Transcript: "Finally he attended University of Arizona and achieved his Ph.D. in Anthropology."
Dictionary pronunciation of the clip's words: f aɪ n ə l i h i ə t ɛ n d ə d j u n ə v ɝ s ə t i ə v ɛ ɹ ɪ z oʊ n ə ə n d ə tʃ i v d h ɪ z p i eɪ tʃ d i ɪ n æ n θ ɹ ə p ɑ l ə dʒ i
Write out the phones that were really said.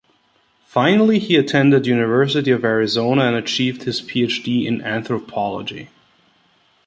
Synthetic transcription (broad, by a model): f aɪ n l i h i ə t ɛ n d ə d j u n ə v ɝ s ə t i ə v ɛ ɹ ɪ z oʊ n ə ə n ə tʃ i v d h ɪ z p i eɪ tʃ d i ɪ n æ n θ ɹ ə p ɑ l ə dʒ i